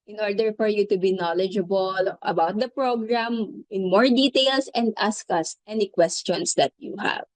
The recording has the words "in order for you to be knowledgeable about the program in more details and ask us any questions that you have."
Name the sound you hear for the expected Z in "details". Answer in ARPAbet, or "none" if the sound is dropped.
S